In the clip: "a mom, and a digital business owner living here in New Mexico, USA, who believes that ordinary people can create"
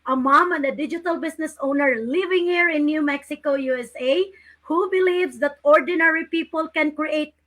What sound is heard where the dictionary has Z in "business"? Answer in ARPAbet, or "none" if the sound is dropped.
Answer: S